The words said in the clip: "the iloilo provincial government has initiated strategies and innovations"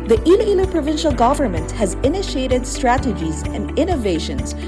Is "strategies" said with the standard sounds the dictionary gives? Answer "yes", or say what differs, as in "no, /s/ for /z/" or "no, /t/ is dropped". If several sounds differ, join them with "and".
yes